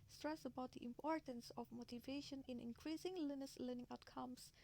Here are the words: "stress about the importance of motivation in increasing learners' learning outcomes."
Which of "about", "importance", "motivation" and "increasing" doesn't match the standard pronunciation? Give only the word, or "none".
none